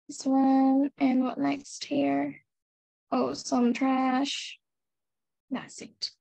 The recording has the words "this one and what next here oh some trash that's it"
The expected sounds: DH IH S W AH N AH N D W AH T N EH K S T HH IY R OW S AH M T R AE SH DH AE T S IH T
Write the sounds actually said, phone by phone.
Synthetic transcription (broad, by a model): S W AH N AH N W AH T N EH K S T HH IY R OW S AH M T R AE SH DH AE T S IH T